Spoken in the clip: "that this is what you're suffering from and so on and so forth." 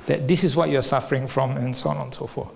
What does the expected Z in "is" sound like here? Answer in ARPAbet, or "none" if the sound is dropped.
S